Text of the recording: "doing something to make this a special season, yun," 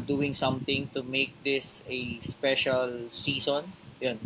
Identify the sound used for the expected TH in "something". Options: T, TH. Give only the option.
T